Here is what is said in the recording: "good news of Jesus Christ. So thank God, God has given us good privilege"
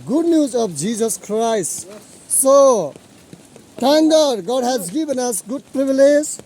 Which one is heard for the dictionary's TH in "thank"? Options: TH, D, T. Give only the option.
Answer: T